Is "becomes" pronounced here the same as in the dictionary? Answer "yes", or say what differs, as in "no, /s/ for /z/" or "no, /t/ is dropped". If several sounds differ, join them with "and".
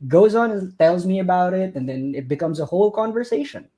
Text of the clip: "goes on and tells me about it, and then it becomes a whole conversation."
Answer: yes